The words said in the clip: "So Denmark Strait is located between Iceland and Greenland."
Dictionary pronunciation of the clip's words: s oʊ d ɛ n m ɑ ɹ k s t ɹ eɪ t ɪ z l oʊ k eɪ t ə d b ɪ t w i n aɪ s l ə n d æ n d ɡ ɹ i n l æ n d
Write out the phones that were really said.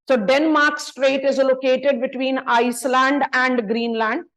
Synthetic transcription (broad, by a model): s oʊ d ɛ n m ɑ ɹ k s t ɹ eɪ t ɪ z l oʊ k eɪ t ə d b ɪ t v i n aɪ s l ə n d æ n d ɡ ɹ i n l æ n d